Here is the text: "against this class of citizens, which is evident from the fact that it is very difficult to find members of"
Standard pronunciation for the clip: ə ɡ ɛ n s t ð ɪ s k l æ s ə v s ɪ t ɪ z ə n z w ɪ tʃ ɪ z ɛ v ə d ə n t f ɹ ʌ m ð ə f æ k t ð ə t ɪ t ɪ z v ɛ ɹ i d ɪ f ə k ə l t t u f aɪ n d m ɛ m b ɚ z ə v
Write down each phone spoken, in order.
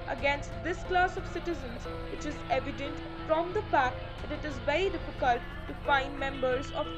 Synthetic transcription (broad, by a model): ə ɡ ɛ n s t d ɪ s k l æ s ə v s ɪ t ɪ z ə n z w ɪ tʃ ɪ z ɛ v ə d ə n t f ɹ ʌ m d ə p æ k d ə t ɪ t ɪ z v ɛ ɹ i d ɪ f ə k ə l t t u f aɪ n d m ɛ m b ɚ z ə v